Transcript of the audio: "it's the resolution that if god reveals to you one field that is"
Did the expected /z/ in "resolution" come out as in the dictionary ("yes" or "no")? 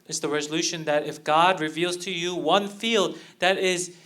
yes